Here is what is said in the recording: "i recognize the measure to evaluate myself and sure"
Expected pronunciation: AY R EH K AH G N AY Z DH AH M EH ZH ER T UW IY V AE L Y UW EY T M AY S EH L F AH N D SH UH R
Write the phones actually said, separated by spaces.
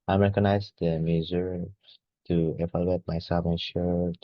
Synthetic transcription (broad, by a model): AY R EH K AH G N AY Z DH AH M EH Z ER T UW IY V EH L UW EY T M AY S EH L F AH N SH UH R